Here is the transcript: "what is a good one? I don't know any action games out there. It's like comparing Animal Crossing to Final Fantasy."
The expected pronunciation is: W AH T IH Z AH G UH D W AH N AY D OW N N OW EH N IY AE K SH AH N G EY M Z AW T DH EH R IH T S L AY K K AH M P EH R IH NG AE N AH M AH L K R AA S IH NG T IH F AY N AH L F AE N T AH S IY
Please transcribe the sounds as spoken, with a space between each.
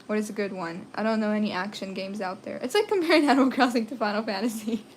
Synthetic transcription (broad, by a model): W AH T IH Z AH G UH D W AH N AY D OW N N OW EH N IY AE K SH AH N G EY M Z AW T DH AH R IH T S L AY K K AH M P EH R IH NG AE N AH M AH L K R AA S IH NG T IH F AY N L F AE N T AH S IY